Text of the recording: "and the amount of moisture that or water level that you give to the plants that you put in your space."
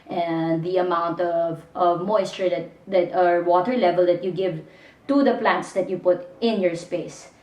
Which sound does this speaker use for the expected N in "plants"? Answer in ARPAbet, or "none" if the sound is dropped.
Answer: N